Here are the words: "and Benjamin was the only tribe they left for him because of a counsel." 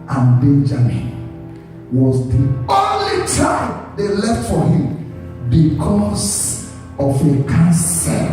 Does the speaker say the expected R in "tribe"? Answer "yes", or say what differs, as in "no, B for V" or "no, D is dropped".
no, R is dropped